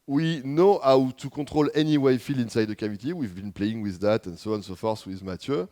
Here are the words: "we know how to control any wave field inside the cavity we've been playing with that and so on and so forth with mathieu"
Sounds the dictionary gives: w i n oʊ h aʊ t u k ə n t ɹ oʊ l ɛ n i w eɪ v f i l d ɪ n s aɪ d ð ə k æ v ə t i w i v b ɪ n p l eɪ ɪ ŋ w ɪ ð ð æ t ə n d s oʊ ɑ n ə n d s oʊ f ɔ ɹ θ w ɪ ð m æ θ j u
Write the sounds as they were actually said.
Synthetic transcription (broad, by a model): w i n oʊ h aʊ t u k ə t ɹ oʊ l ɛ n i w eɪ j f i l ɪ n s aɪ d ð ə k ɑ v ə t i w i v b ɪ n p l eɪ ɪ ŋ w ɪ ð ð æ t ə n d s oʊ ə n s oʊ f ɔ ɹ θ w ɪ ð m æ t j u